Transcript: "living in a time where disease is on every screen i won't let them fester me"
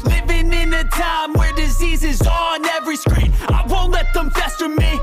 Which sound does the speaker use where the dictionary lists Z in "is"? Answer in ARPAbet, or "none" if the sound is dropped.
Z